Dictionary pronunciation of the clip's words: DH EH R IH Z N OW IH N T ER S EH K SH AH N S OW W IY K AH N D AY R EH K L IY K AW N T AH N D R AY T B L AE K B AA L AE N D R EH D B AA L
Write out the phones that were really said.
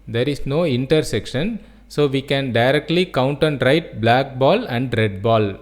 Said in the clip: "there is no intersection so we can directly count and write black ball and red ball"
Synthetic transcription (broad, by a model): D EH R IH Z N OW IH N T ER S EH K SH AH N S OW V IY K AH N D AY R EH K L IY K AW N T AH N D R AY T B L AE K B AA L AE N D R EH D B AA L